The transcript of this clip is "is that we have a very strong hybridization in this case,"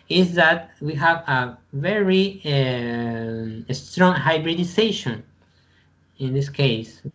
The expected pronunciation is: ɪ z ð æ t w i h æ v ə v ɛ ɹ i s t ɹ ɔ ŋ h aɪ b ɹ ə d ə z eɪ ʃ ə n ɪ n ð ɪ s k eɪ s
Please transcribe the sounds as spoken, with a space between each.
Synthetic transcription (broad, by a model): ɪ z ð æ t w i h æ v ə v ɛ ɹ i s t ɹ ɔ ŋ h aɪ b ɹ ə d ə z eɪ ʃ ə n ɪ n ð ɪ s k eɪ s